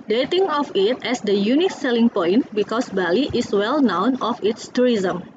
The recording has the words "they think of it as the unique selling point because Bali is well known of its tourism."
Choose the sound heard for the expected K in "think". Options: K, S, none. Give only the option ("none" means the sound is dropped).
none